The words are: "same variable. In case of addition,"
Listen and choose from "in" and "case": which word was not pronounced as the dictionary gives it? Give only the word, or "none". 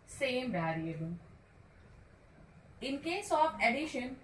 none